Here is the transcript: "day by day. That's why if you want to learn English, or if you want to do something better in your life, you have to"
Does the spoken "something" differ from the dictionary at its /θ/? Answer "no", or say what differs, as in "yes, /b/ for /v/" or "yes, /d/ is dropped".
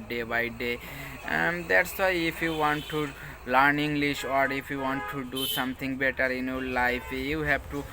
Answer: yes, /t/ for /θ/